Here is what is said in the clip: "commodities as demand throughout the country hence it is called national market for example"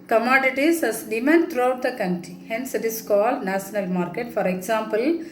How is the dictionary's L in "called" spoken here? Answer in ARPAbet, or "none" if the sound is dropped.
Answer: L